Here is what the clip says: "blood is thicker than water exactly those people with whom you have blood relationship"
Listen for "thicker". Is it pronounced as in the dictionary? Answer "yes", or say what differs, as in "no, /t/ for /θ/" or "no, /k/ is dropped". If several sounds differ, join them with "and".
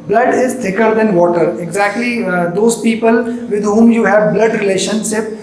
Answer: no, /t/ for /θ/